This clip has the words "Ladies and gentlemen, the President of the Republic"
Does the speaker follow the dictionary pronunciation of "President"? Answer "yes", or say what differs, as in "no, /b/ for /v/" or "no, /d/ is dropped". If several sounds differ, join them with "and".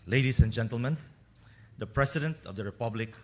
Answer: no, /s/ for /z/